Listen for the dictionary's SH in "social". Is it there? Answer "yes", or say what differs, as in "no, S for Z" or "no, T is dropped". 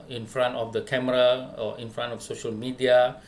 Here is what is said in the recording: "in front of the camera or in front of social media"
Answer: yes